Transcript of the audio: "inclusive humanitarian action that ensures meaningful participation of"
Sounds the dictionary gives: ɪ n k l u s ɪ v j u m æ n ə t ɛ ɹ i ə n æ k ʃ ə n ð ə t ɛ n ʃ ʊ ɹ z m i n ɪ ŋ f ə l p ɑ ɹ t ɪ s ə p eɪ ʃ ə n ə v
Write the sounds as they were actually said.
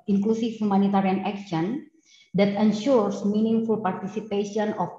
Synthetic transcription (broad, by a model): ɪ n k l u s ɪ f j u m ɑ n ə t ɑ ɹ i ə n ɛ k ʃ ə n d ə t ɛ n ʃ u ɹ s m i n ɪ ŋ f ə l p ɑ ɹ t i s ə p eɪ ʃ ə n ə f